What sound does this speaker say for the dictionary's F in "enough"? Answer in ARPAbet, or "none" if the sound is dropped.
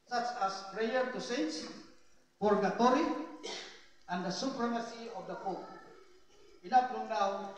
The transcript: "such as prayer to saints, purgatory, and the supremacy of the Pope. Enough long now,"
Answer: P